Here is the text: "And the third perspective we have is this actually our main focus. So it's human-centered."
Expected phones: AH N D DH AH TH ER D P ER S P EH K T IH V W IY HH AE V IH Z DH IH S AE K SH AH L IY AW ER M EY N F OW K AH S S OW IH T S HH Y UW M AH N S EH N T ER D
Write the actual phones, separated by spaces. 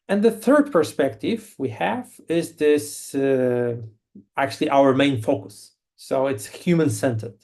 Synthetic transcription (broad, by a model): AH N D DH AH TH ER D P ER S P EH K T IH V W IY HH AE V IH Z DH IH S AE K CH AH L IY AW ER M EY N F OW K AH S S OW IH T S HH Y UW M AH N S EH N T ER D